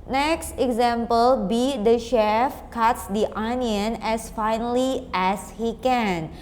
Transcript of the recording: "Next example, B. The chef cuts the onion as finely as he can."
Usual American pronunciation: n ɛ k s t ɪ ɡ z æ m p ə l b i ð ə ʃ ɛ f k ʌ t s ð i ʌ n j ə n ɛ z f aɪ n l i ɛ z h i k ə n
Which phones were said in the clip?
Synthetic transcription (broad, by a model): n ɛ k s t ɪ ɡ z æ m p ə l b i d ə ʃ ɛ f k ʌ t s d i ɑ n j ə n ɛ s f aɪ n l i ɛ s h i k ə n